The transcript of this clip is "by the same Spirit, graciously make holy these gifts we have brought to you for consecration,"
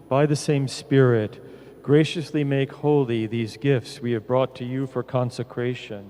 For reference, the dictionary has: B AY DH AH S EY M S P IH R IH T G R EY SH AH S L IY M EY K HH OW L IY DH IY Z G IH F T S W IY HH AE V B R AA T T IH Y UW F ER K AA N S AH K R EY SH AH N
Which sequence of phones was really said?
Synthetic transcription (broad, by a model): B AY DH AH S EY M S P IH R IH T G R EY SH AH S L IY M EY K HH OW L IY DH IY Z G IH F T S W IY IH V B R AA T T IH Y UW F ER K AA N S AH K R EY SH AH N